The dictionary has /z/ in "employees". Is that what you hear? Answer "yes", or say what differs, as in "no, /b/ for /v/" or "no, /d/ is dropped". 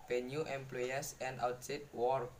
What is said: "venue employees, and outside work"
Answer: no, /s/ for /z/